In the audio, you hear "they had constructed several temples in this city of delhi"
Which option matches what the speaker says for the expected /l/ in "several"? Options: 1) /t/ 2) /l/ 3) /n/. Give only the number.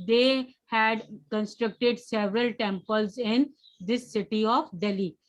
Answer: 2